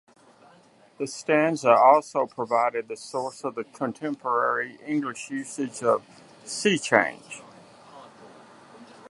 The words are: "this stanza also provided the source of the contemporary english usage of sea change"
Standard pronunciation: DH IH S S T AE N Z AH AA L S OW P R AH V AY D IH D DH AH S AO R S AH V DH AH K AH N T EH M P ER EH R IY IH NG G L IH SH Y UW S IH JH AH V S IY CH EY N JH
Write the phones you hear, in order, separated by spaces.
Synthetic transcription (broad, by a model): DH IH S S T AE N Z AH AA L S OW P R AH V AY D IH D DH AH S AO R S AH V DH AH K AH N T EH M P ER EH R IY IH NG G L IH SH Y UW S IH JH AH V S IY CH EY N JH